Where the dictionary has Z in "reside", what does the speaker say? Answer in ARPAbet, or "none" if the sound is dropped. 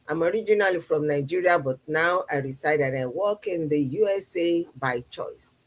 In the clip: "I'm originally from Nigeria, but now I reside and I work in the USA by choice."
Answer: S